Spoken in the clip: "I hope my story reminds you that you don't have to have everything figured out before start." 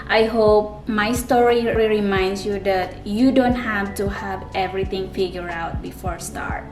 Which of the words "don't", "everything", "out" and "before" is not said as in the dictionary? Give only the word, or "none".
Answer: everything